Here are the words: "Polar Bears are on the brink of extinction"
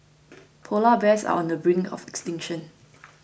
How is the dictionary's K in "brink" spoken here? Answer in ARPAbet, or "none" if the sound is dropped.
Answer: none